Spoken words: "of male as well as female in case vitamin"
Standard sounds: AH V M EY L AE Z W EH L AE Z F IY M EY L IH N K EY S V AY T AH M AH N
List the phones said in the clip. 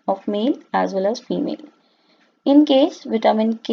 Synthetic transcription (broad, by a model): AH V M EY L AE Z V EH L AE Z F IY M EY L IH N K EY S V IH T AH M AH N